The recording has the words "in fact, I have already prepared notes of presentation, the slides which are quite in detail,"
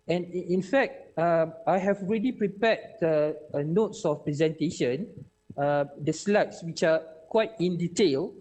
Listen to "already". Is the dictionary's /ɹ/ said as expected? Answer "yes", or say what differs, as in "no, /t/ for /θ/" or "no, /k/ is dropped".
yes